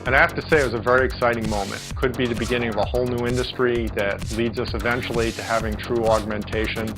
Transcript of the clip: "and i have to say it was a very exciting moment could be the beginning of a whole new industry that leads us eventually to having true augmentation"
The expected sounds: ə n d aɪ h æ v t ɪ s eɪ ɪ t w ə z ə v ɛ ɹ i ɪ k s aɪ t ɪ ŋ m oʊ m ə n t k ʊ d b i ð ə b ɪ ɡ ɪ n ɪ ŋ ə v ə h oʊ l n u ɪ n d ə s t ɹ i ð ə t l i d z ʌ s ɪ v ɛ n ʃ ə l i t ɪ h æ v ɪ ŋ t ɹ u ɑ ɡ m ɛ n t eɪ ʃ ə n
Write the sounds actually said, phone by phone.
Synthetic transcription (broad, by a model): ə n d aɪ h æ f t ɪ s eɪ ɪ t w ə z ə v ɛ ɹ i ɪ k s aɪ t ɪ ŋ m oʊ m ə n t k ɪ d b i ð ə b ɪ ɡ ɪ n ɪ ŋ ə v ə h oʊ l n u ɪ n d ə s t ɹ i ð ə t l i d z ʌ s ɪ v ɛ n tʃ l i t ɪ h æ v ɪ ŋ t ɹ u ɑ ɡ m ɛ n t eɪ ʃ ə n